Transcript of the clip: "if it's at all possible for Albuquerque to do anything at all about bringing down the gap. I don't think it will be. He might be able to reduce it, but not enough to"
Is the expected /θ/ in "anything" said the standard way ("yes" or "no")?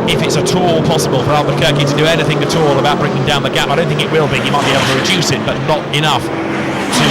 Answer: yes